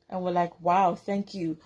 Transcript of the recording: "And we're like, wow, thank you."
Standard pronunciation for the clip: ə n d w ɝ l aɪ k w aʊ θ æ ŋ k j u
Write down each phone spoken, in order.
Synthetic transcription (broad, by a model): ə n w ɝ l aɪ k w aʊ θ æ ŋ k j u